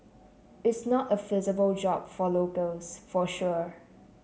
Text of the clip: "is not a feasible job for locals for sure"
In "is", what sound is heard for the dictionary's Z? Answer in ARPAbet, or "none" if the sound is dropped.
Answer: S